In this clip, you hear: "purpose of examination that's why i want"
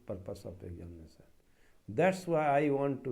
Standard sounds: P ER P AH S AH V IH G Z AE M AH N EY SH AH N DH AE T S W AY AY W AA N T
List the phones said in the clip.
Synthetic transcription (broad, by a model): P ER P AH S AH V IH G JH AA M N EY S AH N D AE T S W AY AY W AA N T